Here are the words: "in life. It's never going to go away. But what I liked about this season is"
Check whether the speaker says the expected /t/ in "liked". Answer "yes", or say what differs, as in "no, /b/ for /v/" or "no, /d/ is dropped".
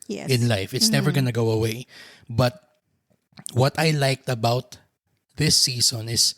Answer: yes